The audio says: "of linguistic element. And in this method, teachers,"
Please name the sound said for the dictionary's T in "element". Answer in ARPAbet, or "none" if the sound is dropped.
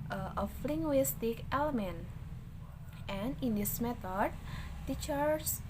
T